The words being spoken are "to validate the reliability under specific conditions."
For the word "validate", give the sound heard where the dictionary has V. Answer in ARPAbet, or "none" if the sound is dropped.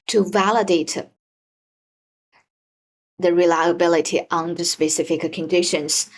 V